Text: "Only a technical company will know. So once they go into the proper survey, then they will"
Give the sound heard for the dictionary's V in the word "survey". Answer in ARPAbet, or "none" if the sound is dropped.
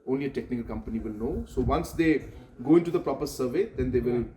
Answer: V